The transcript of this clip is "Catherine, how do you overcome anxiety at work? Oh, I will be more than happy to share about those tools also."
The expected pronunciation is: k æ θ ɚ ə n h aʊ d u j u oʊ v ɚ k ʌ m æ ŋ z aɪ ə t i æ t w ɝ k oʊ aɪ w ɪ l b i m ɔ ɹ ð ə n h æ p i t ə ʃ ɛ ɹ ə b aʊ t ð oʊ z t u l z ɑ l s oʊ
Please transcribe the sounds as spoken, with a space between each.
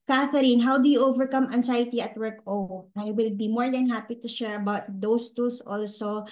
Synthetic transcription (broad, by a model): k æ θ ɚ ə n h aʊ d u j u oʊ v ɚ k ʌ m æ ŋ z aɪ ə t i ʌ t w ɝ k oʊ aɪ w ɪ l b i m ɔ ɹ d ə n h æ p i t ə ʃ ɛ ɹ ə b aʊ t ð oʊ s t u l s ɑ l s oʊ